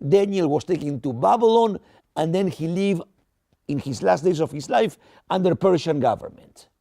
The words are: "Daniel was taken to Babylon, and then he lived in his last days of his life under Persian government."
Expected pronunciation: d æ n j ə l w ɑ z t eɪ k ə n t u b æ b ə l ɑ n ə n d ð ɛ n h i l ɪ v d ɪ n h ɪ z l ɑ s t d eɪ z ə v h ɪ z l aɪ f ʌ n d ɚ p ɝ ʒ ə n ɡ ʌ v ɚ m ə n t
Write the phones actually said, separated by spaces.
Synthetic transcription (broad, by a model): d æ n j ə l w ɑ s t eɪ k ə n t u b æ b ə l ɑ n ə n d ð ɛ n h i l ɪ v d ɪ n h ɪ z l ɑ s t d eɪ s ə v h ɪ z l aɪ f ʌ n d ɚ p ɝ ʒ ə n ɡ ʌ v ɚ m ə n t